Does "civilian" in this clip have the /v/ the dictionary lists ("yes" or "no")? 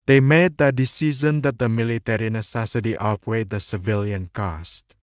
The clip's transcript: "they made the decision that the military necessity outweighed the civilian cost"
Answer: yes